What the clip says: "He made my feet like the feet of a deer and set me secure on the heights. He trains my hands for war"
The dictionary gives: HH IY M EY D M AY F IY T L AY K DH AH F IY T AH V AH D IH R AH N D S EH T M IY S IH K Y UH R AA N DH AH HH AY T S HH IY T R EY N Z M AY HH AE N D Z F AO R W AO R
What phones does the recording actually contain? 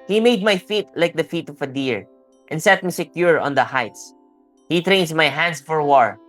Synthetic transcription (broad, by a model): HH IY M EY D M AY F IY T L AY K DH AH F IY T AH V AH D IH R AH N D S EH T M IY S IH K Y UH R AA N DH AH HH AY T S HH IY T R EY N S M AY HH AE N D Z F AO R W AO R